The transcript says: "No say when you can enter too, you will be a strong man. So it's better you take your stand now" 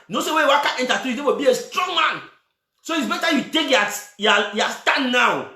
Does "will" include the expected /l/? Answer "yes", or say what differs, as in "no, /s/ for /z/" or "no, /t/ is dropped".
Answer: no, /w/ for /l/